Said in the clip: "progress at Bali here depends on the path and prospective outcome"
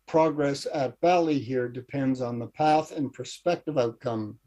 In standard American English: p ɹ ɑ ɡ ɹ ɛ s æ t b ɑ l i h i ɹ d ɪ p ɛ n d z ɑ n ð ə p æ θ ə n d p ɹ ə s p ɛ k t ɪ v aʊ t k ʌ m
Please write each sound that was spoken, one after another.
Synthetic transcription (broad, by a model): p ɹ ɑ ɡ ɹ ɛ s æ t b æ l i h i ɹ d ɪ p ɛ n d z n ð ə p æ θ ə n p ɹ s p ɛ k t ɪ v aʊ t k ʌ m